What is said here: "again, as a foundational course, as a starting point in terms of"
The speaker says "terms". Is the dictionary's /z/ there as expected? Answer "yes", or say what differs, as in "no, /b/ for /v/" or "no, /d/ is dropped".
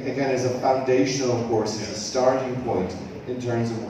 yes